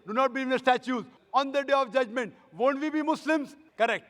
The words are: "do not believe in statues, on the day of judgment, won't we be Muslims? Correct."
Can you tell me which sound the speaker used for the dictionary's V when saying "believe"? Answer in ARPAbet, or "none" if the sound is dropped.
none